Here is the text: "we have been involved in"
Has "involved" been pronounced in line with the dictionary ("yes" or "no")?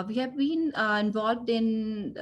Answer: yes